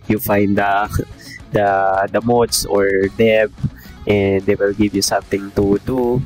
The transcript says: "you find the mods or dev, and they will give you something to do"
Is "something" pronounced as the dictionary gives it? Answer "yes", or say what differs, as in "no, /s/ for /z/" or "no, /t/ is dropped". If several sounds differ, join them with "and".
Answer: no, /t/ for /θ/